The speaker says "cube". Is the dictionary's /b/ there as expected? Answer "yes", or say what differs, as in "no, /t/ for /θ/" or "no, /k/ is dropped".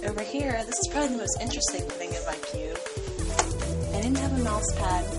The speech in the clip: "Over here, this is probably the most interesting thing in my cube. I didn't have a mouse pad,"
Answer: no, /b/ is dropped